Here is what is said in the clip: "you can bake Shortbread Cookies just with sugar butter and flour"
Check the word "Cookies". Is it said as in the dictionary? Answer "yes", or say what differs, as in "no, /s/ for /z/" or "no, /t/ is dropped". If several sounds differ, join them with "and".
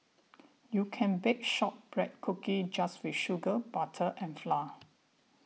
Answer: no, /z/ is dropped